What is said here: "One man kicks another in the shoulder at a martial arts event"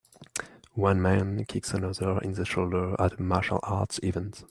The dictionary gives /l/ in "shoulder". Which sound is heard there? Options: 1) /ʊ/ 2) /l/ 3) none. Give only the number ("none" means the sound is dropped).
2